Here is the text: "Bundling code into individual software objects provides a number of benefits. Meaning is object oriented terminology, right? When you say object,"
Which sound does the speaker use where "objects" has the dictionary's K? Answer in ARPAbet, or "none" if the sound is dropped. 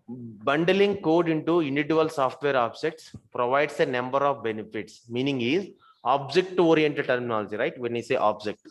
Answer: K